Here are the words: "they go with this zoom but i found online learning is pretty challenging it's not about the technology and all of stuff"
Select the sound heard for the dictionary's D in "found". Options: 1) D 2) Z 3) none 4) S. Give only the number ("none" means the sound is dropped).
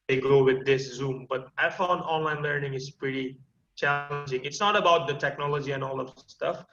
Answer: 3